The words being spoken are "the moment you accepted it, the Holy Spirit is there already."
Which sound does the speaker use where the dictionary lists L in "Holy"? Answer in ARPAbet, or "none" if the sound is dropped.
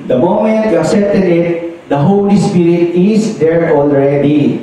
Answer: L